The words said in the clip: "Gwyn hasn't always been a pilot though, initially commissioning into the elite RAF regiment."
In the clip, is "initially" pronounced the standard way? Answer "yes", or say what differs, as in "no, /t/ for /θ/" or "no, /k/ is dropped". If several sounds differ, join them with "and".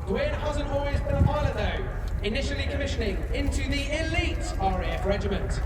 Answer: yes